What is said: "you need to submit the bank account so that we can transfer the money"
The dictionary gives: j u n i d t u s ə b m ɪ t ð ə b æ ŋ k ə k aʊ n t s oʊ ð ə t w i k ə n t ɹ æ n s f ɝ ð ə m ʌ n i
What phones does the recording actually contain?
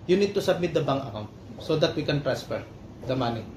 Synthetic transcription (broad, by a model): j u n i d t u s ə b m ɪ t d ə b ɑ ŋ ə k aʊ n t s oʊ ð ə t w i k ə n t ɹ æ n s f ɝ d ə m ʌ n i